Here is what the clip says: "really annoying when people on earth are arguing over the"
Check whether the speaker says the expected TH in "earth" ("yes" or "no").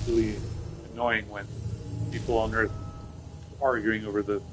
yes